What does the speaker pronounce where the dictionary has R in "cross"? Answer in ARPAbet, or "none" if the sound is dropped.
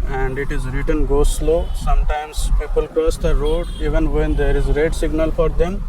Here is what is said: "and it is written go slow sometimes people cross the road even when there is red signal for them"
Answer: none